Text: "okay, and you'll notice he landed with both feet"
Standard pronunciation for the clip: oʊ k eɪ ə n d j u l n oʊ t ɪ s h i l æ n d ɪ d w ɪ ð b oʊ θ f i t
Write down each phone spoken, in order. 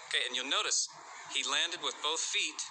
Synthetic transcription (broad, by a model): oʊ k eɪ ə n j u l n oʊ t ɪ s h i l æ n d ɪ d w ɪ ð b oʊ θ f i t